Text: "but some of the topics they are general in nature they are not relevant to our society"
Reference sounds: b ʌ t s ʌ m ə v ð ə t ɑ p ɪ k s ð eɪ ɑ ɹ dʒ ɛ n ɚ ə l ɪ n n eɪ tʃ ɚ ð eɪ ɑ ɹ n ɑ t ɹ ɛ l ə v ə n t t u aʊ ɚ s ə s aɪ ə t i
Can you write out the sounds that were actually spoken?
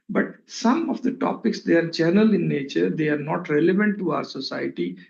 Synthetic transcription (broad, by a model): b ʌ t s ʌ m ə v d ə t ɑ p ɪ k s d eɪ ɑ ɹ dʒ ɛ n ɚ ə l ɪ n n eɪ tʃ ɚ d eɪ ɑ ɹ n ɑ t ɹ ɛ l ə v ə n t t u aʊ ɚ s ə s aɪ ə t i